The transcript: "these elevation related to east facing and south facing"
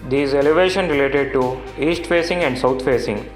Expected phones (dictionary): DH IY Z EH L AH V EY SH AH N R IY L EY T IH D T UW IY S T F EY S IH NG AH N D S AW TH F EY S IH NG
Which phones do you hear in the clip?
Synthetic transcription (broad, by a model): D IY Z EH L AH V EY SH AH N R IY L EY T IH D T UW IY S T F EY S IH NG AH N D S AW T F EY S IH NG